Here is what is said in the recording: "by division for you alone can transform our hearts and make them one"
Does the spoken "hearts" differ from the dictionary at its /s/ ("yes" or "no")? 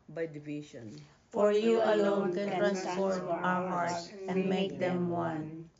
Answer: yes